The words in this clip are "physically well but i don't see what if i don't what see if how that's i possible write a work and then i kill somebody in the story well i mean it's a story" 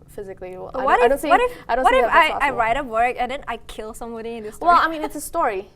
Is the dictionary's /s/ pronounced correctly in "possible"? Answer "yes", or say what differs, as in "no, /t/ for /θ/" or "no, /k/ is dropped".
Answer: no, /s/ is dropped